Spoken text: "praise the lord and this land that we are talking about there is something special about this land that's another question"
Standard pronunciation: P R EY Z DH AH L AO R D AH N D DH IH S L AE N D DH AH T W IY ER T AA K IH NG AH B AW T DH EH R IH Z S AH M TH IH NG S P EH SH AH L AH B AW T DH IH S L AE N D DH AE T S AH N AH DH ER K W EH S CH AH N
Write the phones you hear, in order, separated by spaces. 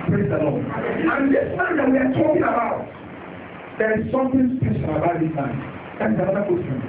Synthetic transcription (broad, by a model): P R EY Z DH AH L AO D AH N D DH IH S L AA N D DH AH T W IY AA T AA K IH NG AH B AW T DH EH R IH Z S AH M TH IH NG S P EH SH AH N AH B AW T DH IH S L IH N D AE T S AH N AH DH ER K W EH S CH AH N